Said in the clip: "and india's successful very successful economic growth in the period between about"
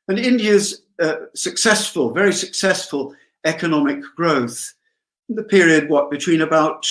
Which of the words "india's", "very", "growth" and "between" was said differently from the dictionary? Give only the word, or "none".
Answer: none